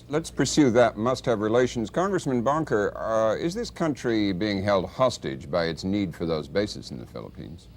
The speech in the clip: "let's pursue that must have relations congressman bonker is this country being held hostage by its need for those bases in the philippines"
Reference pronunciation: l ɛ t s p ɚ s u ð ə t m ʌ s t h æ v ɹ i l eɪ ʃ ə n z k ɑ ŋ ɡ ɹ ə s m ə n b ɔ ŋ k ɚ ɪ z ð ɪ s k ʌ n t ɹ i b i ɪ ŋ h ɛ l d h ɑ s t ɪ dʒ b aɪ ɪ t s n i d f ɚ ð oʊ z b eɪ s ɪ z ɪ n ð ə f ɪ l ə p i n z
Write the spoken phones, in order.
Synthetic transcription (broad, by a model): l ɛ t s p ɚ s u ð ə t m ʌ s t h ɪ v ɹ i l eɪ ʃ n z k ɑ ŋ ɡ ɹ ə s m ə n b ɔ ŋ k ɚ ɪ z ð ɪ s k ʌ n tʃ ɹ i b i ɪ ŋ h ɛ l d h ɑ s t ɪ dʒ b aɪ ɪ t s n i d f ɚ ð oʊ z b eɪ s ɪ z n ð ə f ɪ l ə p i n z